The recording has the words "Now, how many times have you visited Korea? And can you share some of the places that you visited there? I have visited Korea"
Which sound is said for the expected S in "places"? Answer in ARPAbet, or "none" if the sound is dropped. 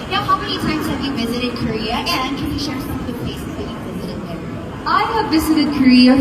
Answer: S